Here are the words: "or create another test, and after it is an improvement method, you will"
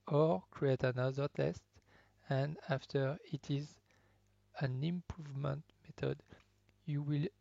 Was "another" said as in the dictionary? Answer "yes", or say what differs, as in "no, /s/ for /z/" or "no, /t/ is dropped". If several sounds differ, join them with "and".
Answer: yes